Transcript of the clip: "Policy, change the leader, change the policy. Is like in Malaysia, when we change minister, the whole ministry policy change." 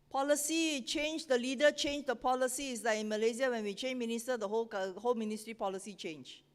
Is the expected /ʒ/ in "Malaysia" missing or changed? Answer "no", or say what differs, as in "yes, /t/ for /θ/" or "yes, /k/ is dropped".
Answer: yes, /z/ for /ʒ/